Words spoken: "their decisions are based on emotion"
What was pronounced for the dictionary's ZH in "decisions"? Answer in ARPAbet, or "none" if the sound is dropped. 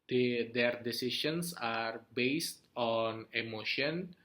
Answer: SH